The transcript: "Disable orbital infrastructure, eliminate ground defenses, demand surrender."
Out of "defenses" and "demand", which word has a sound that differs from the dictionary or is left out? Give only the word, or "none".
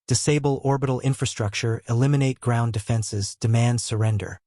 none